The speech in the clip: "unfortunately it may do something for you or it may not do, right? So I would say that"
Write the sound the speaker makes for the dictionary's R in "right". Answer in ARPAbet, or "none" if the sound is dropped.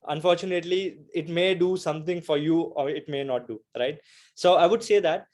R